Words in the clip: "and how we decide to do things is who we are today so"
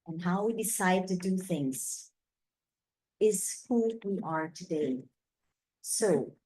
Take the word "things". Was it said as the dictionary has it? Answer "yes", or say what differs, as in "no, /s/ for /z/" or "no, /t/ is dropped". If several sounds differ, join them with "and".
yes